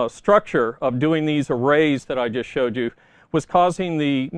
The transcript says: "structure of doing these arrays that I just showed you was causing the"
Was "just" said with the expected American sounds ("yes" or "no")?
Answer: yes